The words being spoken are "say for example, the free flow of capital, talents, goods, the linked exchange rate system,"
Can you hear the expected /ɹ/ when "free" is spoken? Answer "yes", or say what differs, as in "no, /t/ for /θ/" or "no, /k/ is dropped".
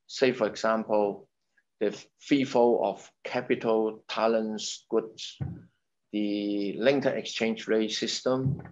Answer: no, /ɹ/ is dropped